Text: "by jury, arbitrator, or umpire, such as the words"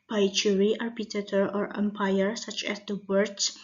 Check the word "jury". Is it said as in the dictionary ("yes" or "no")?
no